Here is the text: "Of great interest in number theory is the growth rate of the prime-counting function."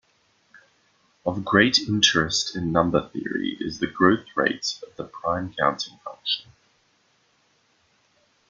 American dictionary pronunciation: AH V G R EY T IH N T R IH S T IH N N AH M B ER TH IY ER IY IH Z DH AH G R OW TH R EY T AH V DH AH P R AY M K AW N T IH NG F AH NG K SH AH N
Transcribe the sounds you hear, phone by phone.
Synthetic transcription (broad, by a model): AH V G R EY T IH N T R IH S T IH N N AH M B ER TH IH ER IY IH Z DH AH G R OW TH R EY T AH V DH AH P R AY M K AW N T IH NG F AH NG K SH AH N